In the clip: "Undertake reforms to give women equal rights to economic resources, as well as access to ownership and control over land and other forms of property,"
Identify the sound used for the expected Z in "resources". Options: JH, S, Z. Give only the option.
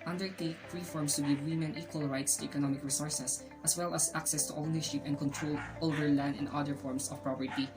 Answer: S